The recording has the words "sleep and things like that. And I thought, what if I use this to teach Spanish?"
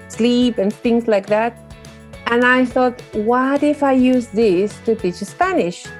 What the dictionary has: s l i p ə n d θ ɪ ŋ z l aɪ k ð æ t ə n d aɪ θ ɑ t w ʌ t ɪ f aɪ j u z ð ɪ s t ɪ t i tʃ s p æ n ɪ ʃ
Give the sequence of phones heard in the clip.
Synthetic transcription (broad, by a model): s l i p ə n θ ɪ ŋ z l aɪ k ð æ t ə n aɪ θ ɑ t w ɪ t ɪ f aɪ j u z ð ɪ s t ɪ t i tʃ s p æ n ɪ ʃ